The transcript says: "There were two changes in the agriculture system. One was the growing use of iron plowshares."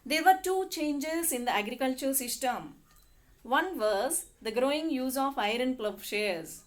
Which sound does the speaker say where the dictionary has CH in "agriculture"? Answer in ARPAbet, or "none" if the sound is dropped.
CH